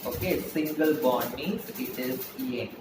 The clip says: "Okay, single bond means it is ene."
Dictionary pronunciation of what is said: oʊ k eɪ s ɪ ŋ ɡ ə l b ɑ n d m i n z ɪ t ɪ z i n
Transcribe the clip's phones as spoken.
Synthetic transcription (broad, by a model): oʊ k eɪ s ɪ ŋ ɡ ə l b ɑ d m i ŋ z ɪ t ɪ z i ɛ